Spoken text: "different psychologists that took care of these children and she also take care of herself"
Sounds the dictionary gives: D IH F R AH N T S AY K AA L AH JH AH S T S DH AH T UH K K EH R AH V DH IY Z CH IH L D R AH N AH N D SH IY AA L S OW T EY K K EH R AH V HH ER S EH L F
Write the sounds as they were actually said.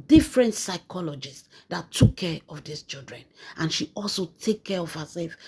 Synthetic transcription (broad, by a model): D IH F R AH N T S AY K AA L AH JH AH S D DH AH T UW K K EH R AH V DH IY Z CH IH L D R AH N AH N SH IY AA L S OW T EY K K EH R AH V HH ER S EH L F